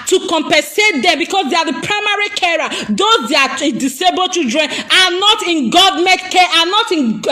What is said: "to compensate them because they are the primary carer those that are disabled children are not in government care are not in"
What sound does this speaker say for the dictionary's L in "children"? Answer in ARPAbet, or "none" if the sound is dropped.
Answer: none